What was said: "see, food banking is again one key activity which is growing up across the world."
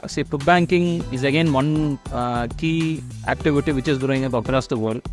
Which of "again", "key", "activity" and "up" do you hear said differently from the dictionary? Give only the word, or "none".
up